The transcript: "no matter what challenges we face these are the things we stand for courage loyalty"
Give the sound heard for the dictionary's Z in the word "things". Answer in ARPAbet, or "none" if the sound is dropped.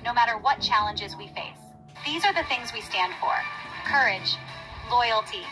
Z